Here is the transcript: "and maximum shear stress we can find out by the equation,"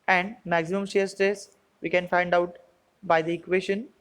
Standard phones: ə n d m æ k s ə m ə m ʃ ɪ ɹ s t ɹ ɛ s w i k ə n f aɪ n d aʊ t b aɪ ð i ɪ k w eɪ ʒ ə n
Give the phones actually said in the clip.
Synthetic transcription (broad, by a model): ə n d m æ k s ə m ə m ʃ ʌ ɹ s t ɛ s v i k ə n f aɪ n d aʊ t b aɪ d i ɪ k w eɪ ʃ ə n